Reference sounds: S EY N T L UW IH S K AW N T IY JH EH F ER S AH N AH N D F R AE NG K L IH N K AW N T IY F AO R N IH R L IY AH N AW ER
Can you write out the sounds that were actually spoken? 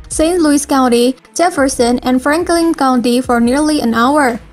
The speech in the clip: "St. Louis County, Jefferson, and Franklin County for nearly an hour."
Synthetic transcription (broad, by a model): S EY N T L UW IH S K AW N T IY JH EH F ER S AH N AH N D F R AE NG K L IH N K AW N T IY F AO R N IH R L IY AH N AW ER